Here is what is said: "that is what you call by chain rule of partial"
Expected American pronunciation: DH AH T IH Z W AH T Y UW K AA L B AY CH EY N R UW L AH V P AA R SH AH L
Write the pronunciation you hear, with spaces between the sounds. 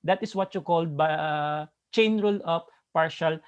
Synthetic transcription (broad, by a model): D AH T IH S W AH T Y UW K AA L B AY CH EY N R UW L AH P P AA R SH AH L